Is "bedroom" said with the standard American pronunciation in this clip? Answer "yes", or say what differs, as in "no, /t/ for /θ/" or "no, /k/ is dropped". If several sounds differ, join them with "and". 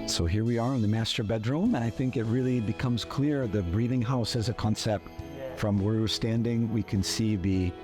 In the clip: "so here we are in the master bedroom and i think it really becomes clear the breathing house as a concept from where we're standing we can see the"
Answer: yes